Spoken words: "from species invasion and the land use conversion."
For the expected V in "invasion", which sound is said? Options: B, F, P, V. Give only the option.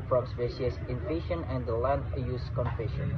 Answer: F